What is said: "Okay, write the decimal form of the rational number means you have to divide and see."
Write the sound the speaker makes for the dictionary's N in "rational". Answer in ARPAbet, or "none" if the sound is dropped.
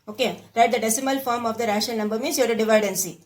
none